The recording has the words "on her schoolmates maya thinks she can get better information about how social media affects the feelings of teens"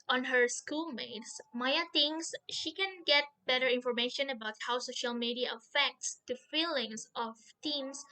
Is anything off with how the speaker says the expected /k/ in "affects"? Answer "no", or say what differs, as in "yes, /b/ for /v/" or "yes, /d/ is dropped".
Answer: no